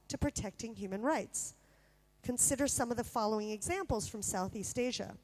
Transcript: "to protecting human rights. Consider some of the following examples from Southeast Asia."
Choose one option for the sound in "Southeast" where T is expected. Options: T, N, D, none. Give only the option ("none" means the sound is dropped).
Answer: T